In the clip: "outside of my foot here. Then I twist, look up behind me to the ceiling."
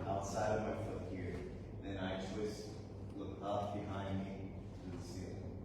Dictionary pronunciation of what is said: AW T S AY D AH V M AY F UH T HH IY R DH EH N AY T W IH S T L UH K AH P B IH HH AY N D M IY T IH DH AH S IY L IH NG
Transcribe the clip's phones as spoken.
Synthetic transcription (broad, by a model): AW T S AY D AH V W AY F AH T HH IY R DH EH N AY T W IH S T L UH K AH F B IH HH AY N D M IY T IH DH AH S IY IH